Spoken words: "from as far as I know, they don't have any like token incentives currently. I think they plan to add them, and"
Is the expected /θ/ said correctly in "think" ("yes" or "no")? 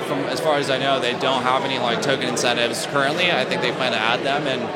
yes